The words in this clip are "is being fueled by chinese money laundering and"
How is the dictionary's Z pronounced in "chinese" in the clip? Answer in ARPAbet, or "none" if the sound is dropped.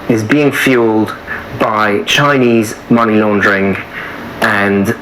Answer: Z